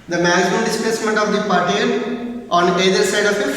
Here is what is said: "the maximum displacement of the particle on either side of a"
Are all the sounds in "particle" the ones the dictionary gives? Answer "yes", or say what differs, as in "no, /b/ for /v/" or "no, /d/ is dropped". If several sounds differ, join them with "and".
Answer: no, /k/ is dropped